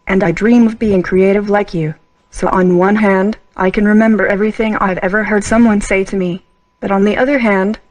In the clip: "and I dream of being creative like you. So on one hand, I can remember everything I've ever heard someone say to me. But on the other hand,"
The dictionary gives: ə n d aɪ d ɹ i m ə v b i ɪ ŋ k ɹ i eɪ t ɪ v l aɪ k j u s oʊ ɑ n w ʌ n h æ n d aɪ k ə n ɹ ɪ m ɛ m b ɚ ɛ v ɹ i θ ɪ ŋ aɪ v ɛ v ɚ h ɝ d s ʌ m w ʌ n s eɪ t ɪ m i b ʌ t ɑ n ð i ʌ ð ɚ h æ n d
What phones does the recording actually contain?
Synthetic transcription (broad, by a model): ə n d aɪ d ɹ i m ə v b i ɪ ŋ k ɹ i eɪ t ɪ v l aɪ k j u s oʊ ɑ n w ʌ n h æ n d aɪ k ə n ɹ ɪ m ɛ m b ɚ ɛ v ɹ i θ ɪ ŋ aɪ v ɛ v ɚ h ɝ d s ʌ m w ʌ n s eɪ t ɪ m i b ʌ t n ð i ʌ ð ɚ h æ n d